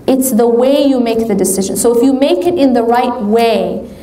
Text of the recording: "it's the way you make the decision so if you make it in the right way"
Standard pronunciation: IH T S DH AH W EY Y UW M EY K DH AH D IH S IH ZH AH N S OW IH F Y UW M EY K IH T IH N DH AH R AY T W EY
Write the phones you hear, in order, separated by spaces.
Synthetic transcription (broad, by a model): IH T S DH AH W EY Y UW M EY K DH AH D IH S IH ZH AH N S OW IH F Y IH M EY K IH T IH N DH AH R AY T W EY